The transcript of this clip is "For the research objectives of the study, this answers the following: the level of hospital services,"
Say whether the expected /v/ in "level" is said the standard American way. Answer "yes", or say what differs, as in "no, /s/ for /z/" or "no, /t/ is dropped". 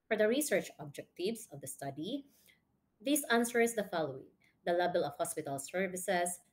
no, /b/ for /v/